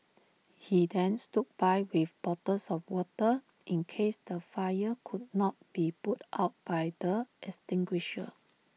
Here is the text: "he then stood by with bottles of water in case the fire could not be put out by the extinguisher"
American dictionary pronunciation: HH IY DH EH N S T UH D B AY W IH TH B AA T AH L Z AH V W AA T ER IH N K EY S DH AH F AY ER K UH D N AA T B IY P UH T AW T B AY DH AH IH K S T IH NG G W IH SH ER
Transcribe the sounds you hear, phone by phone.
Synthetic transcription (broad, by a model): HH IY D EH N S T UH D B AY W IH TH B AA T AH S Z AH F W AA T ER IH N K EY S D AH F AY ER K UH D N AA T B IY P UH T AW T B AY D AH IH S T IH NG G W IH SH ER